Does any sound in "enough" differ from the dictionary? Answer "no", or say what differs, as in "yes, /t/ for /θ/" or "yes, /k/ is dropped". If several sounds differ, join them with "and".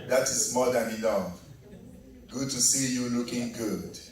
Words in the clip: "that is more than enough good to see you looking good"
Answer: yes, /l/ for /n/